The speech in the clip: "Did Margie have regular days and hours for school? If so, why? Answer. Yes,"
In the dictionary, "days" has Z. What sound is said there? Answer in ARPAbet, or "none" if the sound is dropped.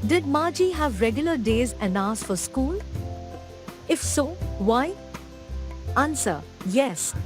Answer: Z